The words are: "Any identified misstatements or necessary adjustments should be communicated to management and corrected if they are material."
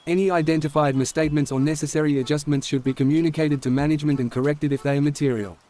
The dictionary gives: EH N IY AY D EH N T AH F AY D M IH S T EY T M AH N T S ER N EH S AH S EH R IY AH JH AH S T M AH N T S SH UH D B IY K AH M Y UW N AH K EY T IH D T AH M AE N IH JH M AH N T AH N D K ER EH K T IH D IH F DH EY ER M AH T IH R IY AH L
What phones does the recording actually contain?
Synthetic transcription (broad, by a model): EH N IY AY D EH N T AH F AY D M IH S T EY T M AH N T S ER N EH S AH S EH R IY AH JH AH S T M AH N T S SH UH D B IY K AH M Y UW N AH K EY T IH D T AH M AE N IH JH M AH N T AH N K ER EH K T IH D IH F DH EY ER M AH T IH R IY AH L